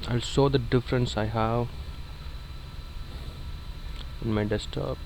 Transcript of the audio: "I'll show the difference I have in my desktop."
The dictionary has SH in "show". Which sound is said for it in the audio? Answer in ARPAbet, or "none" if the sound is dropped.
S